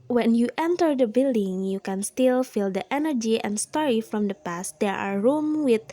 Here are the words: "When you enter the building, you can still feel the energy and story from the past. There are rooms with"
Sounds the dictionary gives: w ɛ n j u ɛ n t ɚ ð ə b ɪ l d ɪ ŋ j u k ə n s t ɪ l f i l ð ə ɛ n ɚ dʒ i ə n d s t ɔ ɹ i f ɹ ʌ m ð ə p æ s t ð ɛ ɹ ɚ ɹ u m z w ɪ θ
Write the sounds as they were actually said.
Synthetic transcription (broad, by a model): w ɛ n j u ɛ n t ɚ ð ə b ɪ l d ɪ ŋ j u k ə n s t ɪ l f i l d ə ɛ n ɚ dʒ i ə n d s t ɔ ɹ i f ɹ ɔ m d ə p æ s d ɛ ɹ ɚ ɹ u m w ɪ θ